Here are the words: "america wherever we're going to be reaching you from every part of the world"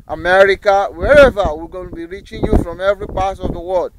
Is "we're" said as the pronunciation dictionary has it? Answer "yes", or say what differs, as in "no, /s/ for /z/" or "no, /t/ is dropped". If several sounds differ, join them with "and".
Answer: no, /l/ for /ɹ/